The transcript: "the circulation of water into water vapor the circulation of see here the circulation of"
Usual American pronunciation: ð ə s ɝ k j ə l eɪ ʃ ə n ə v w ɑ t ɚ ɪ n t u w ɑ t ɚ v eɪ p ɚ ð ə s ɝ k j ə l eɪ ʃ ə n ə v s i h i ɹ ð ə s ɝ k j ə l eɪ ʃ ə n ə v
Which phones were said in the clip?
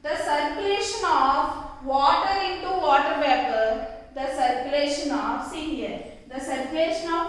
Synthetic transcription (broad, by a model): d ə s ɝ k j ə l eɪ ʃ ə n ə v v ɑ t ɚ ɪ n t u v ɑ t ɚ b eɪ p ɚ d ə s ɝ k j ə l eɪ ʃ ə n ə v s i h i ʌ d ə s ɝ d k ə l eɪ ʃ ə n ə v